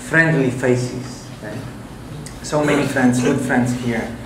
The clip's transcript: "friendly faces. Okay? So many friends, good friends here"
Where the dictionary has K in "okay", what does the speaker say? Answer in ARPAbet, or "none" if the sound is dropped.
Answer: none